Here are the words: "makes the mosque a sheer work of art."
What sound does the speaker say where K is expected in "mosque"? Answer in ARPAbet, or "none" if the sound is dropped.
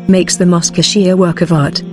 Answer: K